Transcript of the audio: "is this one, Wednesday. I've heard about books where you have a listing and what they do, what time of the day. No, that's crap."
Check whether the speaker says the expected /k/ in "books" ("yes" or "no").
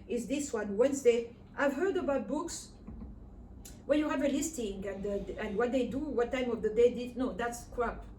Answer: yes